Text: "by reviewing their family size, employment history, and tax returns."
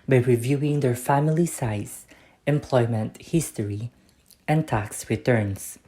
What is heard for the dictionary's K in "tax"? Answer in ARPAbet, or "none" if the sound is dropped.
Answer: K